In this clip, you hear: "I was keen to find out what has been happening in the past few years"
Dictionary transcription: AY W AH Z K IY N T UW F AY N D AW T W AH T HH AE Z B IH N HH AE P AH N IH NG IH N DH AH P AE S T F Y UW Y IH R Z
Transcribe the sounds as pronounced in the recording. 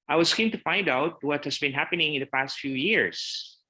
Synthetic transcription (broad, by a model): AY W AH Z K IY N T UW F AY N D AW T W AH T HH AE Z B IH N HH AE P AH N IH NG IH N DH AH P AE S T F Y UW Y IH R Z